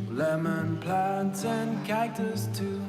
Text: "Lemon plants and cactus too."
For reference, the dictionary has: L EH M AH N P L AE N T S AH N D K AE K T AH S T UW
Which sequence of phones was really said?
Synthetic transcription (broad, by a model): L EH M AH N P L AE N T S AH N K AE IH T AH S T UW